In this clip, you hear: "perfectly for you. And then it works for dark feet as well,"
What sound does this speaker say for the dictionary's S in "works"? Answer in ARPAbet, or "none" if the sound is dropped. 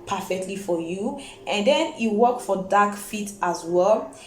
none